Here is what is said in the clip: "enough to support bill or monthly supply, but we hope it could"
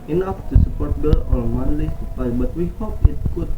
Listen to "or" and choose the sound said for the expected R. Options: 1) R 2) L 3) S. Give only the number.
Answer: 2